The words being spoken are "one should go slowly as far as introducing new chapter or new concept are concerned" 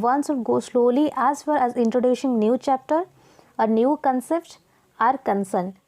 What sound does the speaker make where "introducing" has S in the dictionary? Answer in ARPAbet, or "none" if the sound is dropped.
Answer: SH